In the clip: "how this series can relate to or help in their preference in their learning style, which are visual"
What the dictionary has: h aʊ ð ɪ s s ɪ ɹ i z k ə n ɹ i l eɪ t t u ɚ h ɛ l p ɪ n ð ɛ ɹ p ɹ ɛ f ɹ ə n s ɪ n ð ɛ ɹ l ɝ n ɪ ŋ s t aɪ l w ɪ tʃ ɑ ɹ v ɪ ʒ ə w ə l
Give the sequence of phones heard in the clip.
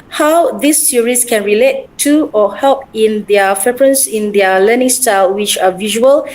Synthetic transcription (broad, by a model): h aʊ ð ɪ s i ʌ ɹ i s k ə n ɹ i l eɪ t t u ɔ h ɛ l p ɪ n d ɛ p ɹ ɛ p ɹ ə n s ɪ n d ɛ l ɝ n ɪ ŋ s t aɪ l w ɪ tʃ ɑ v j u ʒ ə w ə l